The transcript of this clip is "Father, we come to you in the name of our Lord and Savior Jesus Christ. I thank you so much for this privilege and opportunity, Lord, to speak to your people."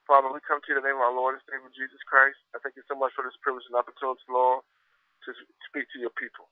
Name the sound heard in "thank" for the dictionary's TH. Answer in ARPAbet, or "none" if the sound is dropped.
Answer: TH